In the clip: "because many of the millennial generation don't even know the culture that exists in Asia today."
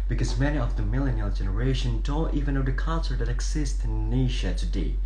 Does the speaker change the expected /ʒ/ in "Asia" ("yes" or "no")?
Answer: yes